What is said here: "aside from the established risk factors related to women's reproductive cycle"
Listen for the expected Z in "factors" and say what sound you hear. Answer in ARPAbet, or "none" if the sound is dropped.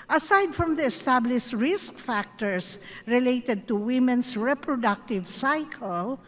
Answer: S